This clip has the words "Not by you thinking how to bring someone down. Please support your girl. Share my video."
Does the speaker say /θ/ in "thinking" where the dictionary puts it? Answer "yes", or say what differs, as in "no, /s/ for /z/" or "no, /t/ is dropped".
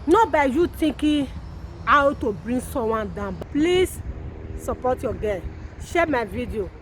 no, /t/ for /θ/